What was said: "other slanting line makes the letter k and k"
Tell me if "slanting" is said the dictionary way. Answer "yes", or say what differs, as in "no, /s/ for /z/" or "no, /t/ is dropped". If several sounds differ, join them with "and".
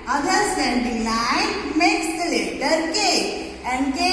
no, /l/ is dropped